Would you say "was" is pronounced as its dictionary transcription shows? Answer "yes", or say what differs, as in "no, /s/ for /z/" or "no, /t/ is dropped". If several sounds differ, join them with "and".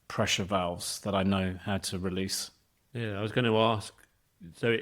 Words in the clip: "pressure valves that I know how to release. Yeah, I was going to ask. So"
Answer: yes